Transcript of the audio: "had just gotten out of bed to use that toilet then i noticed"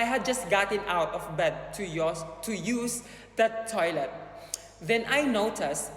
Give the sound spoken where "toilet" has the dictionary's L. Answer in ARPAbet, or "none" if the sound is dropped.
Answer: L